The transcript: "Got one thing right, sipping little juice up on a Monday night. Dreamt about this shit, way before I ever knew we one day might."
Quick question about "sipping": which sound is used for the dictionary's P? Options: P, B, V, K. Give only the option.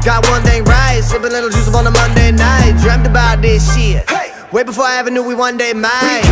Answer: B